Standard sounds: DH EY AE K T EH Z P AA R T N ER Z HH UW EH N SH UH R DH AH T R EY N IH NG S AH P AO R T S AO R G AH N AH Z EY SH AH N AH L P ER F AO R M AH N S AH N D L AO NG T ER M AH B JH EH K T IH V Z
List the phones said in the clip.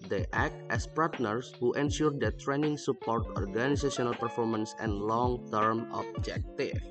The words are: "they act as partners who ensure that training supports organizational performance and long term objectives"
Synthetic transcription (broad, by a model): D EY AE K T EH S P AA R T N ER S HH UW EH N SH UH R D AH T R EY N IH NG S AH P AO R T AO R G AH N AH S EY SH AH N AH L P ER F AO R M AH N S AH N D L AO NG T ER M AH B JH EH K T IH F